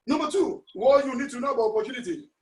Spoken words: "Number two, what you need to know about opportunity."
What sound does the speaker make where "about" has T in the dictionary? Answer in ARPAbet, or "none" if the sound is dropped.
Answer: none